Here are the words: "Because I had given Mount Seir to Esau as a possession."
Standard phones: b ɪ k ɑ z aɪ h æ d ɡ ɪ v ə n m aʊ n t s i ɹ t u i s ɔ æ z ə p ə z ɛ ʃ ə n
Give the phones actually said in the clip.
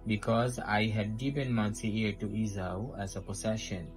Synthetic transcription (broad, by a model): b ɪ k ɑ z aɪ h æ d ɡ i p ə n m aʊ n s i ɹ t u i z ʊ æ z ə p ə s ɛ ʃ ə n